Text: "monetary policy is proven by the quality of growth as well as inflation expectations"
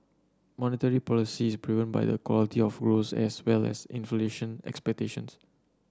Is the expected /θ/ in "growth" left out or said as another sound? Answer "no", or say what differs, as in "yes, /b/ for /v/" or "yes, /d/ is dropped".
yes, /s/ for /θ/